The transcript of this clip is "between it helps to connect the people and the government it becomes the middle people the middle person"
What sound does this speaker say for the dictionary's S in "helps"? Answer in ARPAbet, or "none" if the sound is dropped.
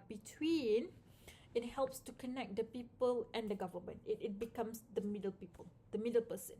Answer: S